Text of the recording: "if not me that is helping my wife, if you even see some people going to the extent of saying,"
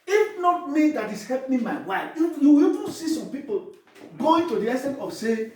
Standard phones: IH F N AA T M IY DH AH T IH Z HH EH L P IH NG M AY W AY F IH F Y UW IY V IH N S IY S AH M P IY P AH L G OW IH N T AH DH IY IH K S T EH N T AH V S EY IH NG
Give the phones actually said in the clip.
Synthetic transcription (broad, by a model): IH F N AA T M IY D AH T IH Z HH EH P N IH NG M AY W AY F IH Y UW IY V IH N S IY S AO M P IY P AH L G OW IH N T AH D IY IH S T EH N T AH S EY